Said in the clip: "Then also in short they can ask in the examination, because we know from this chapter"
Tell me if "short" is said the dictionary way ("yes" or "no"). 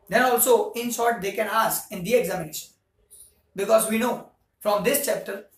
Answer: no